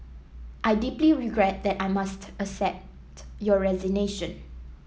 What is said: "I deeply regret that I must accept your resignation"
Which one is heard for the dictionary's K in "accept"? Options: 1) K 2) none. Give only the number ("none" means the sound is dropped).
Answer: 2